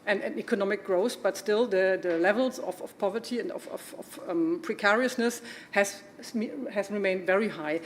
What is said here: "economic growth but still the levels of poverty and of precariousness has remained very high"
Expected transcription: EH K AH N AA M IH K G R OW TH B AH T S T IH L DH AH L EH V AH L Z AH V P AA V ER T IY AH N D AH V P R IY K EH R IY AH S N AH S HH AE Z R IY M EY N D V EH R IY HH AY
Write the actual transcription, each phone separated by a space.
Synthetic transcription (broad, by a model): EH K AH N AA M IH K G R OW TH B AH T S T IH L DH AH L EH V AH L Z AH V P AA V ER T IY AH N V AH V P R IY K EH R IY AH S N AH S HH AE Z R IY M EY N D V EH R IY HH AY